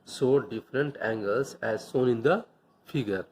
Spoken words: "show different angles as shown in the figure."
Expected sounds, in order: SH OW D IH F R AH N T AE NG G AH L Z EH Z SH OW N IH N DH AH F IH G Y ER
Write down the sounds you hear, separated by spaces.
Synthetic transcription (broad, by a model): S OW D IH F R AH N T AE NG G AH L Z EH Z S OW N IH N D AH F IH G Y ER